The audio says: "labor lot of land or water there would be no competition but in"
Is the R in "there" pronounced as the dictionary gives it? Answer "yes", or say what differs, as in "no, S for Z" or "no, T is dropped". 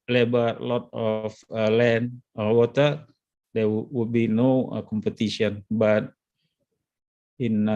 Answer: no, W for R